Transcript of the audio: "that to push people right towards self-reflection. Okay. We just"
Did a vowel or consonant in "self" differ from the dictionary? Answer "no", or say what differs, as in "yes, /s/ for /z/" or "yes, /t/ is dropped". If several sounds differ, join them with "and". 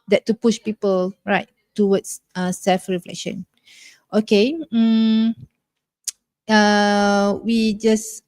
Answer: no